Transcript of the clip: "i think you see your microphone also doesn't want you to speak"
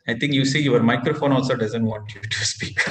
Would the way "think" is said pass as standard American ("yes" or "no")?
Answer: no